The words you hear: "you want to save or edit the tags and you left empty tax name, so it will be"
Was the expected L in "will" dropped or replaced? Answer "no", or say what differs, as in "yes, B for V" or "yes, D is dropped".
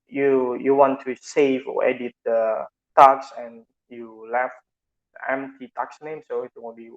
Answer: yes, N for L